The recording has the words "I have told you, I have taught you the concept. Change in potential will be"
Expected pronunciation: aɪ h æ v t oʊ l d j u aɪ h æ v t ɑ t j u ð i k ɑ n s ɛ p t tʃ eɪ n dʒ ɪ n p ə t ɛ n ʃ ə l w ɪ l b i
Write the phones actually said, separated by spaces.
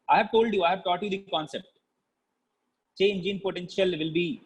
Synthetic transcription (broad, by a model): aɪ h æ v t oʊ l d j u aɪ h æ v t ɑ t j u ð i k ɑ n s ɛ p t tʃ eɪ n dʒ ɪ n p ə t ɛ n ʃ ə l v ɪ l b i